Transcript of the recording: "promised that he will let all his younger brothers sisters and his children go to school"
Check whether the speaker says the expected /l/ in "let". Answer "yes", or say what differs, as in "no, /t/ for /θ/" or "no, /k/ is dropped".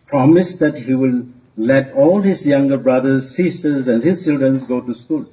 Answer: yes